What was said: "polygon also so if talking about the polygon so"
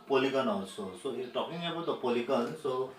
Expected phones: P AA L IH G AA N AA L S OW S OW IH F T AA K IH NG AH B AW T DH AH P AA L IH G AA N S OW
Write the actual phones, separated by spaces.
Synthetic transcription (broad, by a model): P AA L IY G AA N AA S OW S OW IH T AA K IH NG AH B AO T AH P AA L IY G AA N S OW